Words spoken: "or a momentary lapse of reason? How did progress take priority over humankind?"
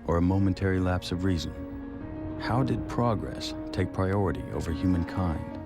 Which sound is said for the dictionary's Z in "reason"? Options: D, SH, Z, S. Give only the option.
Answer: Z